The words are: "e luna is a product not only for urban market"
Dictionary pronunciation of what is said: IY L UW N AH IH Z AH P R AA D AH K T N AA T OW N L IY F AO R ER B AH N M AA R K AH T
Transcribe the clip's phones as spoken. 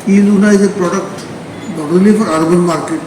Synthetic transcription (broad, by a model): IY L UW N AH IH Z AH P R AA D AH K T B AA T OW L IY F AO R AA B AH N M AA R K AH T